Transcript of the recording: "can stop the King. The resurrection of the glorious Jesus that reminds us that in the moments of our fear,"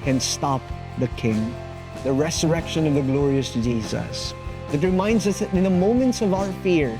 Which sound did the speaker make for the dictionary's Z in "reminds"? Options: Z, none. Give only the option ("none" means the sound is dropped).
Z